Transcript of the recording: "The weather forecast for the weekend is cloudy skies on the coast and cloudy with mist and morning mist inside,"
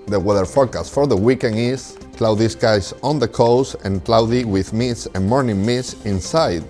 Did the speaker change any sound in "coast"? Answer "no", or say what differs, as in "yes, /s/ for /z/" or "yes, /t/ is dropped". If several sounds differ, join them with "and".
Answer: yes, /t/ is dropped